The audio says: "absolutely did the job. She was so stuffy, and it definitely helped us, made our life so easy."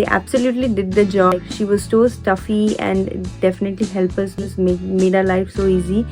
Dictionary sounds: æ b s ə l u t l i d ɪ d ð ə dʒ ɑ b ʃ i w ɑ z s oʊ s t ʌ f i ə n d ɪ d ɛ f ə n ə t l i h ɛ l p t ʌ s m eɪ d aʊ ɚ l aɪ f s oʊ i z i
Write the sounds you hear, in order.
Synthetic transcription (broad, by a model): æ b s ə l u t l i d ɪ d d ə dʒ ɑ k ʃ i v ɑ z s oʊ s t ʌ f i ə n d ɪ d ɛ f ə n ə t l i h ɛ l p ʌ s m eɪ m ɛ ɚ l aɪ f s oʊ i z i